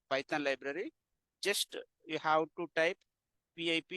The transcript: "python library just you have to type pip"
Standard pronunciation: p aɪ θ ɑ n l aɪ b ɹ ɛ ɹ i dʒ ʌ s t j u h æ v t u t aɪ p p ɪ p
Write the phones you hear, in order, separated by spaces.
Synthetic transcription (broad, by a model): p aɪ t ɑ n l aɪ b ɹ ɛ ɹ i dʒ ʌ s t j u h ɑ w t u t aɪ p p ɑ p